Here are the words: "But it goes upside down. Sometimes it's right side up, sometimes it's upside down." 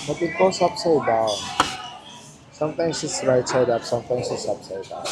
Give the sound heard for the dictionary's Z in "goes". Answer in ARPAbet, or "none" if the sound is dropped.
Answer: S